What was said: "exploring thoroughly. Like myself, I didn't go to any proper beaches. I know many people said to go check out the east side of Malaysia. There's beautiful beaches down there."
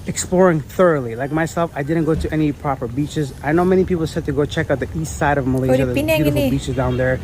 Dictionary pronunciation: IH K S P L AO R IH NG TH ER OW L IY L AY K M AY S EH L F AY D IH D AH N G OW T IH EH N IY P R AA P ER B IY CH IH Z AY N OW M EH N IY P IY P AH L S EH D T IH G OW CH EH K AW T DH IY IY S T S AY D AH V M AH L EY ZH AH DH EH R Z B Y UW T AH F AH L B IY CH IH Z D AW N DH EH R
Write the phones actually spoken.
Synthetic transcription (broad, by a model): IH K S P L AO R IH NG TH ER OW L IY L AY K M AY S EH L F AY D IH D N G OW T IH EH N IY P R AA P ER B IY CH IH Z AY N OW M EH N IY P IY P L S EH D T IH G OW CH EH K AW T DH IY IY S T S AY D AH V M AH L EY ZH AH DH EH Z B Y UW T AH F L B IY CH IH Z D AW N DH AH R